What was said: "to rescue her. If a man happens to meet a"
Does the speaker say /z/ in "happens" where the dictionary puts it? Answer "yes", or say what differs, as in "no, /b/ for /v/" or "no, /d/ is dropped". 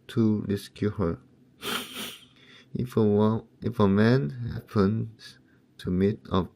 no, /z/ is dropped